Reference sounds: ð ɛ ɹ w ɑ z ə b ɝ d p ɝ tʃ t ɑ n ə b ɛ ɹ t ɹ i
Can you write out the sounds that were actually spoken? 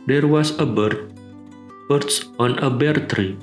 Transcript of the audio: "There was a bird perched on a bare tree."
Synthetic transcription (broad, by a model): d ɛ ɹ w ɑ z ə b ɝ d b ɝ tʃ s ɑ n ə b ɛ ɹ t ɹ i